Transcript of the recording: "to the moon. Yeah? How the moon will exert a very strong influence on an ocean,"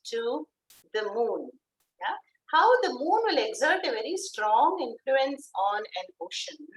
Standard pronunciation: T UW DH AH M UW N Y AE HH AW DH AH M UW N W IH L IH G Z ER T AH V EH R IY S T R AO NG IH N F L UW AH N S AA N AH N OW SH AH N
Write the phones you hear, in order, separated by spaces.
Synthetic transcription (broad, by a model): T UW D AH M UW N Y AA HH AW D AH M UW N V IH L IH G Z ER T AH V EH R IY S T R AO NG IH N F L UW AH N S AA N AH N OW SH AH N